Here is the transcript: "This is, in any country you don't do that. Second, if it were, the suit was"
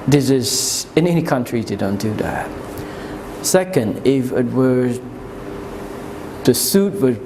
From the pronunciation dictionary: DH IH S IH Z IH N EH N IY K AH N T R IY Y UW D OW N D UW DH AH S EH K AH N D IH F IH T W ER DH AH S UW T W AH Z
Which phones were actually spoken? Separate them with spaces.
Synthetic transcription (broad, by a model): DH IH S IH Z IH N EH N IY K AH N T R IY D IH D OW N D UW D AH S EH K AH N D IH F IH T W ER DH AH S UW T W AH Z